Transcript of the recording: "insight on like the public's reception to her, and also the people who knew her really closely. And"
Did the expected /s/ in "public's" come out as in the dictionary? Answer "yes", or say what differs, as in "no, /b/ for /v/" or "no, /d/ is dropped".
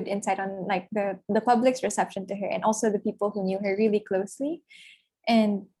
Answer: yes